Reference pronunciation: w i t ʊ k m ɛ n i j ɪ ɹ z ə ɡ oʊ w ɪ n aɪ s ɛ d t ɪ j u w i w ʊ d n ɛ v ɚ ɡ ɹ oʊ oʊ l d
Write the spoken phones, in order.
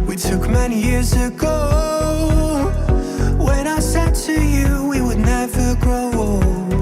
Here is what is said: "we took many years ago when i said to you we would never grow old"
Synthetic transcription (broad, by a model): w i t ʊ k m ɛ n i j ɪ ɹ z ə ɡ oʊ w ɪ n aɪ s ɛ d t ɪ j u w i w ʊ d n ɛ v ɚ ɡ oʊ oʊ